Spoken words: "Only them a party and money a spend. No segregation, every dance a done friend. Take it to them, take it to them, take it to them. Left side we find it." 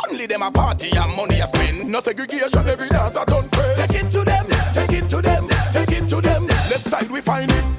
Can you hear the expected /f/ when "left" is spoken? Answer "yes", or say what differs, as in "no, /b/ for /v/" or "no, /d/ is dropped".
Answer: no, /f/ is dropped